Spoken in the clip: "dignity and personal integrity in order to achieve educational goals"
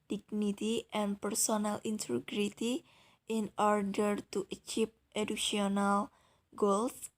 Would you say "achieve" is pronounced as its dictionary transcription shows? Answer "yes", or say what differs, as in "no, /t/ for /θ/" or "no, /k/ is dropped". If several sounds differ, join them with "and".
no, /p/ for /v/